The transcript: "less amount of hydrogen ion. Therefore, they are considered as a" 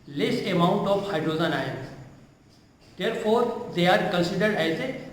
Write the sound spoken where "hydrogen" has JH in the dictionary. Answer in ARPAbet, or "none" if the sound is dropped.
Z